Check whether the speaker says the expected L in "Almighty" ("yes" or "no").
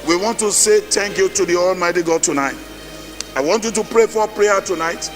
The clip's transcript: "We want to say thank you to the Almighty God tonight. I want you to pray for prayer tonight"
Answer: yes